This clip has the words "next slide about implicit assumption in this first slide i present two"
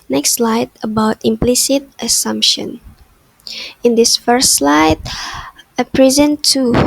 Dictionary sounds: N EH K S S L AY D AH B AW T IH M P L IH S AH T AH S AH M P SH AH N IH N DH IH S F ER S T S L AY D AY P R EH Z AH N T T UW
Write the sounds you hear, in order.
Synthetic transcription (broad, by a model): N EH K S S L AY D AH B AW T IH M P L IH S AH T AH S AH M P SH AH N IH N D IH S F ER S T S L AY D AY P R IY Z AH N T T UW